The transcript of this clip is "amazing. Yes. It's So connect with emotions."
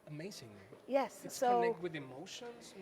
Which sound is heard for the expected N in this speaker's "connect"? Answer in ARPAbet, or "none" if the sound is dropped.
none